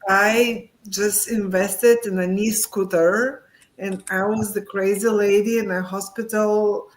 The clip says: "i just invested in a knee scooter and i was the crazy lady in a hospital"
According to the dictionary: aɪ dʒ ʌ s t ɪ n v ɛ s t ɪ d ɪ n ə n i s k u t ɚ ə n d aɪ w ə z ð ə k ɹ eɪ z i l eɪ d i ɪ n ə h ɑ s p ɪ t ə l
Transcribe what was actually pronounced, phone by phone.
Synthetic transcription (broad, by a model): aɪ dʒ ʌ s t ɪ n v ɛ s t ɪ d ɪ n ə n i s k u t ɚ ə n aɪ w ə z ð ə k ɹ eɪ z i l eɪ d i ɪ n ə h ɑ s p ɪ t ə l